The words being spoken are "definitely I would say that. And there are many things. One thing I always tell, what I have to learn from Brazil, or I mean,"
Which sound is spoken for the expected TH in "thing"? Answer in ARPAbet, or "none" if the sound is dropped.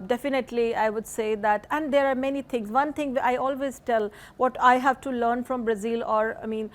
T